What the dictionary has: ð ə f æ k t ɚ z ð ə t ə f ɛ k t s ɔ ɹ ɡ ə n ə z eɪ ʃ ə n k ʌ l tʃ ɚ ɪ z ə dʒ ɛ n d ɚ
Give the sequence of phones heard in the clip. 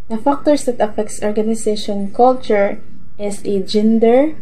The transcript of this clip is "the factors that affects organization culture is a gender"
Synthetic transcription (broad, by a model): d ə f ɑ k t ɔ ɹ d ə t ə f ɛ k t s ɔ ɹ ɡ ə n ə s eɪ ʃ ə n k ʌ l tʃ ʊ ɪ s ə dʒ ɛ n d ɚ